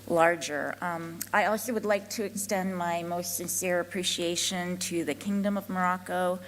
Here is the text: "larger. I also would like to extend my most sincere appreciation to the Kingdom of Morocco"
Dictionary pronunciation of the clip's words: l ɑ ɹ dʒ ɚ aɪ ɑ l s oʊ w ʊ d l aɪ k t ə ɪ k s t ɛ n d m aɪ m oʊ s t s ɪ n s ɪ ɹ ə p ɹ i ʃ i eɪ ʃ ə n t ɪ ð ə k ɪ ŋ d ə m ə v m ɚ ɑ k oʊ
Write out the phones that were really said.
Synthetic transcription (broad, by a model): l ɑ ɹ dʒ ɚ aɪ ɑ l s oʊ w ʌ d l aɪ k t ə ɪ k s t ɛ n d m aɪ m oʊ s t s ɪ n s ɪ ɹ ə p ɹ i ʃ i eɪ ʃ ə n t ɪ ð ə k ɪ ŋ d ə m ə v m ɚ ɑ k oʊ